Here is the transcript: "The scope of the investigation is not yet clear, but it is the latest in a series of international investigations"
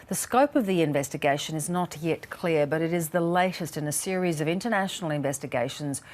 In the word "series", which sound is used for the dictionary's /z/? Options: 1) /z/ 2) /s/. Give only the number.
1